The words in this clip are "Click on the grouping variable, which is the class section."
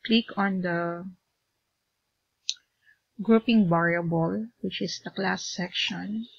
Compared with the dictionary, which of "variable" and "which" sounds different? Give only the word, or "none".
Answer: variable